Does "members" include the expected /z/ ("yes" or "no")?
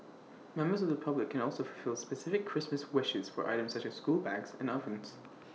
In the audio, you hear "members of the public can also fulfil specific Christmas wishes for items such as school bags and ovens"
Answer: yes